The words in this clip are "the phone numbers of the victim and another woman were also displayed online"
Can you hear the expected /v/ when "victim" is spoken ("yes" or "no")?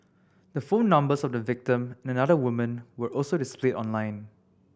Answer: yes